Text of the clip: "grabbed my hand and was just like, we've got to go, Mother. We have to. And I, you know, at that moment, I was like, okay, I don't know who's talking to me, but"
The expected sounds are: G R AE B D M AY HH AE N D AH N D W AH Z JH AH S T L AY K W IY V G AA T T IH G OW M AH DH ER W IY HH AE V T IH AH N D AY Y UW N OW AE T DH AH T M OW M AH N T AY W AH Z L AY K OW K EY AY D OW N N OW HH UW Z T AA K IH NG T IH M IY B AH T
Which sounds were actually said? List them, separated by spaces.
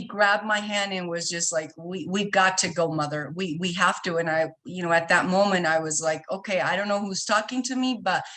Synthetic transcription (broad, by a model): G R AE B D M AY HH AE N D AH N W AH Z JH AH S T L AY K W IY V G AA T T IH G OW M AH DH ER W IY HH AE F T IH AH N AY Y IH N OW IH T DH AH T M OW M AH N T AY W AH Z L AY K OW K EY AY D OW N N OW HH UW Z T AA K IH NG T IH M IY B AH T